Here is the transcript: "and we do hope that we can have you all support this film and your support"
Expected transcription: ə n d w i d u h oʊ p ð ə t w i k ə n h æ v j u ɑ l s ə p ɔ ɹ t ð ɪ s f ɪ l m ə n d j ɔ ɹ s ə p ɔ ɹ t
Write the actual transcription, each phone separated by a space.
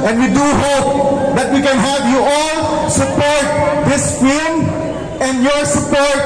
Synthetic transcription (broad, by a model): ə n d w i d u h oʊ p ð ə t w i k ə n h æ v j u ɑ l s ə p ɔ ɹ t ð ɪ s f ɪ m ə n d j ɔ ɹ s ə p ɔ ɹ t